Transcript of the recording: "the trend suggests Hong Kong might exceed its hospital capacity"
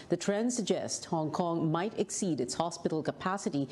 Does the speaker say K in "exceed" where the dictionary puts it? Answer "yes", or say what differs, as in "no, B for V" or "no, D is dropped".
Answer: yes